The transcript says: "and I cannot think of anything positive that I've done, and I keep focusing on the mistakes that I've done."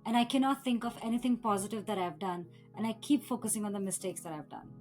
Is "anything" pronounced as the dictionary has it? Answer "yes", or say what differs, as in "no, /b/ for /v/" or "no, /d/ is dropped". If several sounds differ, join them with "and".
no, /t/ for /θ/